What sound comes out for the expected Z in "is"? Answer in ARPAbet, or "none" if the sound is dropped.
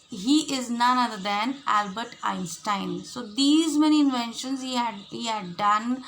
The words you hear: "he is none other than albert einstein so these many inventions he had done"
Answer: Z